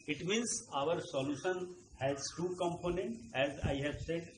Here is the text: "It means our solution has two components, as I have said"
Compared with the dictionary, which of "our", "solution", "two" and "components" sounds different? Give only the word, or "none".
components